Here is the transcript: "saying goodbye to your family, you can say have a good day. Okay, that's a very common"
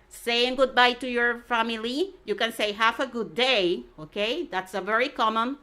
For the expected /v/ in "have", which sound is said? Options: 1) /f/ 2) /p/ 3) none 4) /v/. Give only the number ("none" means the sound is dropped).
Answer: 1